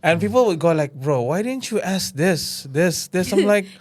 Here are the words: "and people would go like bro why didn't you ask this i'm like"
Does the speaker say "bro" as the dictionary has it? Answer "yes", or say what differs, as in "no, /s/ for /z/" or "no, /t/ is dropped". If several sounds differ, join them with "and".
yes